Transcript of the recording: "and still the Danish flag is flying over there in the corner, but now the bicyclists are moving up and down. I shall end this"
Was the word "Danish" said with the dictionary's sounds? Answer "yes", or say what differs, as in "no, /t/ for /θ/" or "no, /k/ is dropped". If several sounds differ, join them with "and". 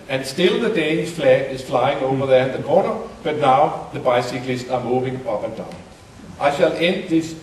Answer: no, /n/ is dropped